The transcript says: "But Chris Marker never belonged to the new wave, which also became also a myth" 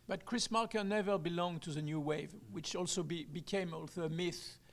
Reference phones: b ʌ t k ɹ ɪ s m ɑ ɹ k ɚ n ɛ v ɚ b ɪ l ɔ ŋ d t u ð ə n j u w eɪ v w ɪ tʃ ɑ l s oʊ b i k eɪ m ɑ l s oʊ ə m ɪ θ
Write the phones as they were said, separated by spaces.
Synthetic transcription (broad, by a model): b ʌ t k ɹ ɪ s m ɑ ɹ k ɚ n ɛ v ɚ b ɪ l ɔ ŋ t u ð ə n j u w eɪ v w ɪ tʃ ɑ l s oʊ b i k eɪ m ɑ l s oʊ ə m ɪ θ